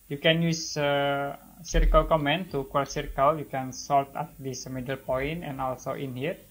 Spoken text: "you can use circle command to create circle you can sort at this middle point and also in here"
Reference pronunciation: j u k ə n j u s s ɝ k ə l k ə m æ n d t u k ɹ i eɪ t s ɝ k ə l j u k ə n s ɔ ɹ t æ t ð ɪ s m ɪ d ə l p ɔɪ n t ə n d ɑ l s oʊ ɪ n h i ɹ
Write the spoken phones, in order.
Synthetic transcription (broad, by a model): j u k ə n j u s s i k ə l k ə m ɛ n t u k w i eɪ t s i k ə l j u k ə n s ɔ l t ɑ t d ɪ s m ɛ d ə l p ɔɪ n t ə n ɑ l s oʊ ɪ n h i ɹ